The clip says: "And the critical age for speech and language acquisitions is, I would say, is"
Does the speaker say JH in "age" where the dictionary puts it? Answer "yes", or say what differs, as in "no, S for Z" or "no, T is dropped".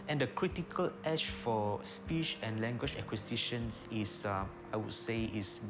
no, SH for JH